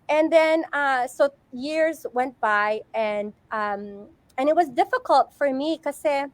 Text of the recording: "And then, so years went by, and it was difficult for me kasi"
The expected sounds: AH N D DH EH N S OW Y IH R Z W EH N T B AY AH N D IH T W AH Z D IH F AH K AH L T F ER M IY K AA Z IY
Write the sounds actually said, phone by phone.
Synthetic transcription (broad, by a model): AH N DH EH N S OW Y IH R Z W EH N T B AY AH N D IH T W AH Z D IH F AH K AH L T F ER M IY K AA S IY